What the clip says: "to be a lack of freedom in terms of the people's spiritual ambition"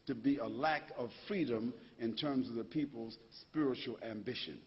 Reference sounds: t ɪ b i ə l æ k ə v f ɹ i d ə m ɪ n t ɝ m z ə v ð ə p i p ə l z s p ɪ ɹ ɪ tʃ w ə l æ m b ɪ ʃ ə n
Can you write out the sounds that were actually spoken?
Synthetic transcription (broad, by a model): t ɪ b i ə l æ k ə v f ɹ i d ə m ɪ n t ɝ m z ə v ð ə p i p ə l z s p ɪ ɹ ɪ tʃ l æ m b ɪ ʃ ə n